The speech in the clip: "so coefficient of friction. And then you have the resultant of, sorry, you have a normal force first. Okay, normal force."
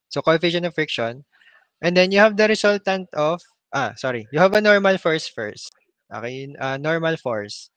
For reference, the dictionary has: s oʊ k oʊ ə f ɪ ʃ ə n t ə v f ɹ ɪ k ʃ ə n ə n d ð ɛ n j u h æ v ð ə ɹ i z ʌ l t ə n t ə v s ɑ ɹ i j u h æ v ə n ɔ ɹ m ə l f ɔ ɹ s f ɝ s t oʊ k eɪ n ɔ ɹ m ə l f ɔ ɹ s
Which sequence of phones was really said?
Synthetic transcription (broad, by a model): s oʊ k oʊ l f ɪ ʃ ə n ə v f ɹ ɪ k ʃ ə n ə n d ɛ n j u h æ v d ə ɹ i s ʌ l t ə n t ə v s ɑ ɹ i j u h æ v ə n ɔ ɹ m ə l f ɔ ɹ s f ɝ s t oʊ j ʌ n ɔ ɹ m ə l f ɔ ɹ s